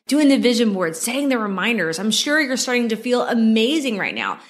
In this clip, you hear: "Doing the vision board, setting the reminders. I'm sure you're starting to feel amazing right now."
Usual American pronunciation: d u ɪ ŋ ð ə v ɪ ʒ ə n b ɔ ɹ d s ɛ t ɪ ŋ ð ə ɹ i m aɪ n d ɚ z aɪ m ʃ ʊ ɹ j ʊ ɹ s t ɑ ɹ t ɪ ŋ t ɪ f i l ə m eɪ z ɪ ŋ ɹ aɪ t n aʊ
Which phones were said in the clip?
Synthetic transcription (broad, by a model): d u ɪ ŋ ð ə v ɪ ʒ ə n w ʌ ɹ d s ɛ t ɪ ŋ ð ə ɹ i m aɪ n d ɚ z aɪ m ʃ ʊ ɹ j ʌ ɹ s t ɑ ɹ t ɪ ŋ t ɪ f i l ə m eɪ z ɪ ŋ ɹ aɪ t n aʊ